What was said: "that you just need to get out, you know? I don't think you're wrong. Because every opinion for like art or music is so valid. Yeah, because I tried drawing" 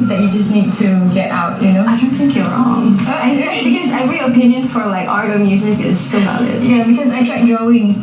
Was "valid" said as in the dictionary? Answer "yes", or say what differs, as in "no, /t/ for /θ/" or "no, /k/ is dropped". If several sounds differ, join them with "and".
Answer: no, /b/ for /v/